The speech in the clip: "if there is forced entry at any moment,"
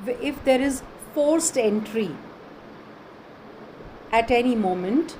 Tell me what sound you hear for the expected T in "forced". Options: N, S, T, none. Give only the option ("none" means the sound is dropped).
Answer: T